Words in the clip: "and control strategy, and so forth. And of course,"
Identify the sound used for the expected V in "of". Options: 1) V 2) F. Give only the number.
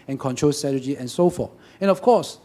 2